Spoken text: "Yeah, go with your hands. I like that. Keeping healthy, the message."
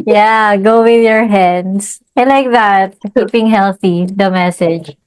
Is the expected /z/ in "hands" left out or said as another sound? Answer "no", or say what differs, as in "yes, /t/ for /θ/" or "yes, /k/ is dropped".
yes, /s/ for /z/